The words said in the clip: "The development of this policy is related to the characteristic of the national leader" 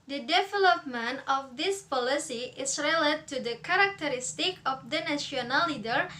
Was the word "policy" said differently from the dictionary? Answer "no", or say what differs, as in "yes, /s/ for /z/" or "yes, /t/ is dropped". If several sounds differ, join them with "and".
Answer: no